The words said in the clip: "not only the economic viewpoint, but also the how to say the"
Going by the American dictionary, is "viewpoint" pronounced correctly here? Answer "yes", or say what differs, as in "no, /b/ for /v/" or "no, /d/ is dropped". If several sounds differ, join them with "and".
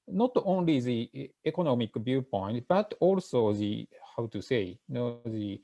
no, /b/ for /v/